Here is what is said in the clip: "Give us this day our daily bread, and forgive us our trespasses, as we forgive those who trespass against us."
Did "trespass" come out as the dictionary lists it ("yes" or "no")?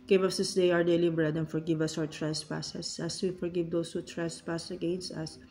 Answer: yes